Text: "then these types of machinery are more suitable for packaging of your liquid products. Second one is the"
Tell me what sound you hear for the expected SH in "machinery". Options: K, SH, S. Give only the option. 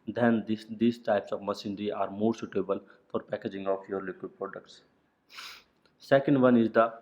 S